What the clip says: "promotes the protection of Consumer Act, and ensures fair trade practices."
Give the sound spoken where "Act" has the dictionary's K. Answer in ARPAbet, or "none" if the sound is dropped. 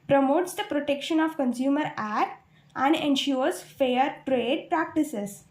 none